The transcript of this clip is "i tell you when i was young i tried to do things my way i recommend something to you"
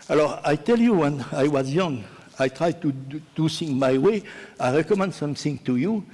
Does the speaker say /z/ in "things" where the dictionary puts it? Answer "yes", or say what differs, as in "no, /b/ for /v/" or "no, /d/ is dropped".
no, /z/ is dropped